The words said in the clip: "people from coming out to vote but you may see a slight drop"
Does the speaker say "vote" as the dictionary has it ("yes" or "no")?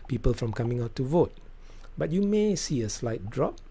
yes